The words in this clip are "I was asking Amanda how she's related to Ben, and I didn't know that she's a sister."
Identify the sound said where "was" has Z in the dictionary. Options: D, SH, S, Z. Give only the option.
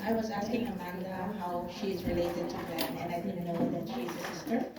Z